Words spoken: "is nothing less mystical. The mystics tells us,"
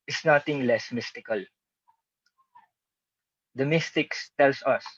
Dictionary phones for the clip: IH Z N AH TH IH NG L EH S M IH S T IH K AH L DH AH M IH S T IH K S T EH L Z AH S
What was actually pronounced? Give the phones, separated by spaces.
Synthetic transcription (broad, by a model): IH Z N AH T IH NG L EH S M IH S T IH K AH L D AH M IH S T IH K S T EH L S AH S